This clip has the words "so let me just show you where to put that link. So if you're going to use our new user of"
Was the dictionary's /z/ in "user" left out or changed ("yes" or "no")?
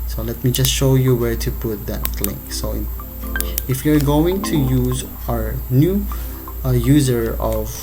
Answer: no